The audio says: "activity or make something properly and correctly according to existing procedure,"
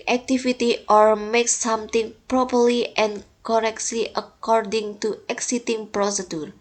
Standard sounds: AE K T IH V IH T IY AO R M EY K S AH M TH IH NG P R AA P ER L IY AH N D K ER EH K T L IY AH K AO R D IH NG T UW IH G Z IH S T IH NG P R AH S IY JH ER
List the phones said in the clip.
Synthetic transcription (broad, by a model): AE K T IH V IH T IY AO R M EY K S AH M T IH NG P R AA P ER L IY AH N K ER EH K T L IY AH K AO R D IH NG T UW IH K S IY T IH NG P R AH S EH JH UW